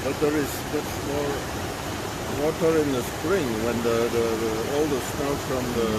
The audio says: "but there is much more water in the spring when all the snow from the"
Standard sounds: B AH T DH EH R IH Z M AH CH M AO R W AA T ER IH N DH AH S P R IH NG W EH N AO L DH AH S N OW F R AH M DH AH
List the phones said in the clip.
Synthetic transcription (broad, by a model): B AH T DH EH R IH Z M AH S M AO R W AA T ER IH N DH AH S P R IH NG W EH N AO L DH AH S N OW F R AH M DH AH